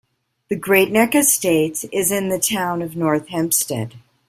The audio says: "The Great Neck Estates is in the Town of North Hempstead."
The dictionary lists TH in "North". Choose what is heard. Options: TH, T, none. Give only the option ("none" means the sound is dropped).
TH